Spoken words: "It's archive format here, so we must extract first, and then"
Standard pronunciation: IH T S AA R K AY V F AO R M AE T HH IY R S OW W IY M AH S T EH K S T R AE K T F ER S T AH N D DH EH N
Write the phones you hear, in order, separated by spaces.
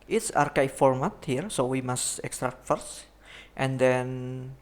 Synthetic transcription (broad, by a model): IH T S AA R K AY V F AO R M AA T HH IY R S OW W IY M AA S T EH K S T R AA K T F ER S T AH N D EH N